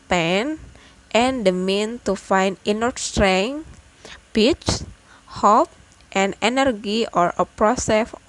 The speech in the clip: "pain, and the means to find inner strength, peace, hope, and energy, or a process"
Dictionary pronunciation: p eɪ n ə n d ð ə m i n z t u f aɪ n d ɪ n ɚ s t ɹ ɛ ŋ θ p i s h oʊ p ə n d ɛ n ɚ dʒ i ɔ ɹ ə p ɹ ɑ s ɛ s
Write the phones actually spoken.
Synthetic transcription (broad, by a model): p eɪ n ə n d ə m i n t u f aɪ n d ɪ n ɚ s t ɹ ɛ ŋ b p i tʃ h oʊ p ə n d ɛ n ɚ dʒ i ɔ ɹ ə p ɹ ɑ s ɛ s